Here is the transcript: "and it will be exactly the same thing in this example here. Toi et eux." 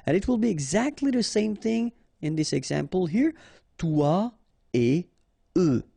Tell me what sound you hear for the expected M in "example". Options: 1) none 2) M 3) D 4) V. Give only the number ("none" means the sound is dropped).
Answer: 2